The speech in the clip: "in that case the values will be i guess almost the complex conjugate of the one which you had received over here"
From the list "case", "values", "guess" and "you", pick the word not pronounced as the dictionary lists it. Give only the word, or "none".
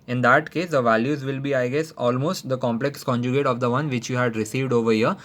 none